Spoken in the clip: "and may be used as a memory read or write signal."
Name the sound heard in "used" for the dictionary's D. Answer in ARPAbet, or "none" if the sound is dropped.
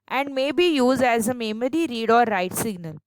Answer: D